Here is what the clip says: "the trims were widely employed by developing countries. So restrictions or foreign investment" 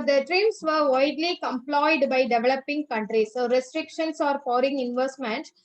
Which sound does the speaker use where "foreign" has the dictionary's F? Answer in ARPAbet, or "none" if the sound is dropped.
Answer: P